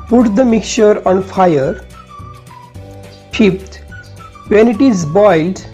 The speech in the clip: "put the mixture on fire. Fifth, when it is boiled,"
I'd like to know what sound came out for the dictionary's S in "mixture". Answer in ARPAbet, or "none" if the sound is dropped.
none